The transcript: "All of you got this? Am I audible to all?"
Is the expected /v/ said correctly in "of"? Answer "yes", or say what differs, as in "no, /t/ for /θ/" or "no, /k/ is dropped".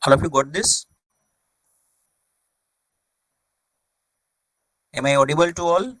no, /p/ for /v/